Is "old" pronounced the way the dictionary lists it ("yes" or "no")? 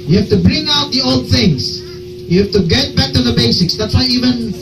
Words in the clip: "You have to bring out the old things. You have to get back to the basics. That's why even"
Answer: yes